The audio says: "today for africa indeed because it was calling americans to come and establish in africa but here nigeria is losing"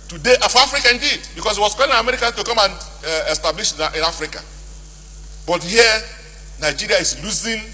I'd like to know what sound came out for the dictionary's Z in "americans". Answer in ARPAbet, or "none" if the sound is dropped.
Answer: none